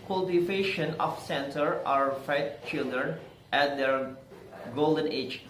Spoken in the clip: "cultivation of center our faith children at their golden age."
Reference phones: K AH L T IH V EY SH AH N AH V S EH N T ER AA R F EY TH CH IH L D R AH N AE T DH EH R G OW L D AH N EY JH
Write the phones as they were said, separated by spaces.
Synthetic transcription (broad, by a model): K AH L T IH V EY SH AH N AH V S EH N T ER AA R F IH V CH IH L D R AH N AE T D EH R G OW L D AH N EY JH